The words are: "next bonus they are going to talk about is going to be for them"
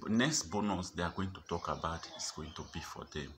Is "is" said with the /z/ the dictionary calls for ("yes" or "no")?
no